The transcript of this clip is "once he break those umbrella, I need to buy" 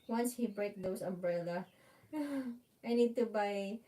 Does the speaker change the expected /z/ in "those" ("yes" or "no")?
yes